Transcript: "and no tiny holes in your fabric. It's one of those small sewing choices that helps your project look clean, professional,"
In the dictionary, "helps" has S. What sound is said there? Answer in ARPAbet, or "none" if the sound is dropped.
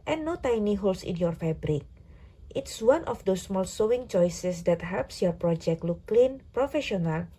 S